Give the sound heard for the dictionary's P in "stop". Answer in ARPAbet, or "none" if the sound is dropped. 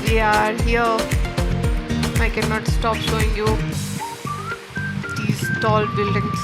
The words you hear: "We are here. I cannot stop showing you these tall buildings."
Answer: P